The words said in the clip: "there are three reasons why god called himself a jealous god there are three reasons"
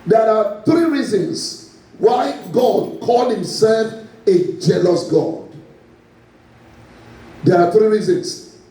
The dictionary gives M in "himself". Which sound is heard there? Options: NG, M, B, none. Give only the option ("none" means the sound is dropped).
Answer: M